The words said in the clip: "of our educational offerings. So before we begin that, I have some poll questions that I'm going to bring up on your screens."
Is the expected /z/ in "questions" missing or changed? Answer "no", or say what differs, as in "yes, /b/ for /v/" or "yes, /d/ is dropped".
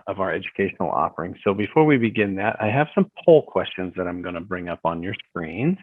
no